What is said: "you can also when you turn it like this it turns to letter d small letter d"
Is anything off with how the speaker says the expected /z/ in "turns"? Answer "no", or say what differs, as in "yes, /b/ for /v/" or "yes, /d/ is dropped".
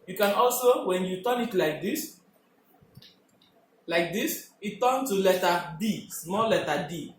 yes, /z/ is dropped